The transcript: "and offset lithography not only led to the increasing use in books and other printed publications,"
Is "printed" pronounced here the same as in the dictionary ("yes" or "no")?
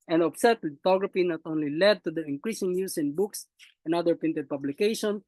no